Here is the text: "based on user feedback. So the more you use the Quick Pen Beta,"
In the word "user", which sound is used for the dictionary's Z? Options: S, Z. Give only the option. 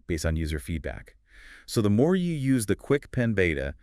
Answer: Z